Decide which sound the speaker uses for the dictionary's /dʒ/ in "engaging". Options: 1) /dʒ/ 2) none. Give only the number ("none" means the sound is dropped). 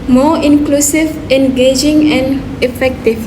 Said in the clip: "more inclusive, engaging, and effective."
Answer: 1